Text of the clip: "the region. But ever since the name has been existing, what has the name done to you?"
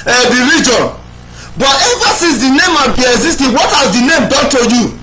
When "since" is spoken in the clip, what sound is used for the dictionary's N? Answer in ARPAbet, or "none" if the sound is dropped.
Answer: none